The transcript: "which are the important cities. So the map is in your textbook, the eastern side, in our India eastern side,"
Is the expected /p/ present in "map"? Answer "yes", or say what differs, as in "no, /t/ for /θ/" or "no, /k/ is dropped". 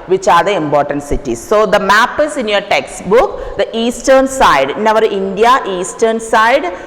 yes